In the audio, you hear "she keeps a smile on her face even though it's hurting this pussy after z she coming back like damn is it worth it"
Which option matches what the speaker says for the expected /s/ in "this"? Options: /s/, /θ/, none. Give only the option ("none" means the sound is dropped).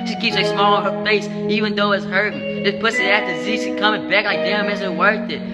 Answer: none